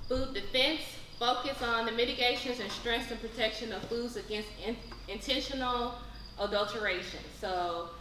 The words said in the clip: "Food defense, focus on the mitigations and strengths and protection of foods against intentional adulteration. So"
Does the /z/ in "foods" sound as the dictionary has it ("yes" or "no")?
yes